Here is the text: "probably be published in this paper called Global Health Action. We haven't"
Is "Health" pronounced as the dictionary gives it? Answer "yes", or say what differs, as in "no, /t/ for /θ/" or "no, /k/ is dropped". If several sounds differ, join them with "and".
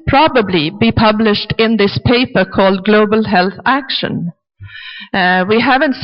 yes